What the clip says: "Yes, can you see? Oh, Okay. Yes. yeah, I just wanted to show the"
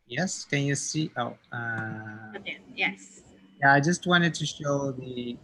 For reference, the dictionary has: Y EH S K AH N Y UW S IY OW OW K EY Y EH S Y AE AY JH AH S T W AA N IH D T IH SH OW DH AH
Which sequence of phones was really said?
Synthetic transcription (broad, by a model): Y EH S K AH N Y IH S IY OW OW AH Y EH S Y AE AY JH AH S T W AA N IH D T IH SH OW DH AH